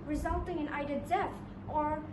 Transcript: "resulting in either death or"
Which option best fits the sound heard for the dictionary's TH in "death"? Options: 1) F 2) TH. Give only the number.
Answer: 1